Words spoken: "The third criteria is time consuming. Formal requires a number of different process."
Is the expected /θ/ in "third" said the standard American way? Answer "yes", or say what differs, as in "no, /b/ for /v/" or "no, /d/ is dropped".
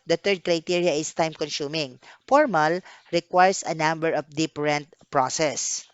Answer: no, /t/ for /θ/